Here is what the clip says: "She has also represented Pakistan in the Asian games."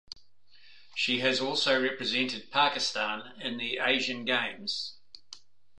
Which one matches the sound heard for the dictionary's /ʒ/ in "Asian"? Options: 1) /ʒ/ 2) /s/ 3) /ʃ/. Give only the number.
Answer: 1